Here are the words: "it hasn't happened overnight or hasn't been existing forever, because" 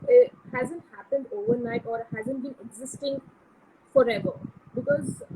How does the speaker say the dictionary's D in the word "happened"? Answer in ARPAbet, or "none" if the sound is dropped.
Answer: D